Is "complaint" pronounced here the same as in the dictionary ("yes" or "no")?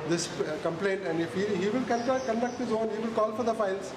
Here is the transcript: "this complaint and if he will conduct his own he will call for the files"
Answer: yes